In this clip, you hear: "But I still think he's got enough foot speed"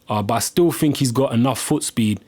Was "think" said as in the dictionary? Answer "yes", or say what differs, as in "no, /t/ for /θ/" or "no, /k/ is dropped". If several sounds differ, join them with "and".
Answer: yes